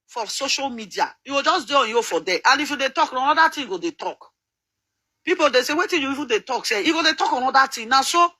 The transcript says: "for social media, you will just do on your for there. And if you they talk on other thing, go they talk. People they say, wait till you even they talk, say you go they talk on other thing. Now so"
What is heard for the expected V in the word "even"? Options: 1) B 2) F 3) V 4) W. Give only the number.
2